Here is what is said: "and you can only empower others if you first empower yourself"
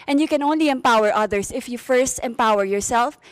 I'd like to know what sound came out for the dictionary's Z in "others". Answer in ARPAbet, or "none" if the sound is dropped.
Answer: S